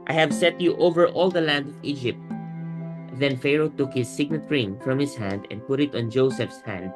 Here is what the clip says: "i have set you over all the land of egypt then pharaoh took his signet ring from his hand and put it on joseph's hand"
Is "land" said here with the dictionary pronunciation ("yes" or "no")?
yes